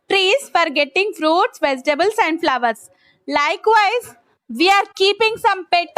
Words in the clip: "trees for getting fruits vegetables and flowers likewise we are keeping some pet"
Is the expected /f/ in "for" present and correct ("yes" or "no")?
yes